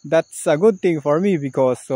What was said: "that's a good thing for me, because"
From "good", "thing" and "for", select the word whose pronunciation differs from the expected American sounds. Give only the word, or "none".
thing